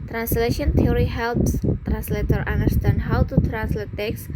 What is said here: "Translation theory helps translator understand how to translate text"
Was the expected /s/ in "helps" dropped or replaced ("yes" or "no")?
no